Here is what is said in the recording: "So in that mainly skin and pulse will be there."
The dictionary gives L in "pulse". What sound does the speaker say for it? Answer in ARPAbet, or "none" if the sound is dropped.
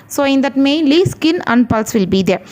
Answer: L